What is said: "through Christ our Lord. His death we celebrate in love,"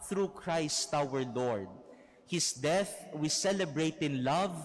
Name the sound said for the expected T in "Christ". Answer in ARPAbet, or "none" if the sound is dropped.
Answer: T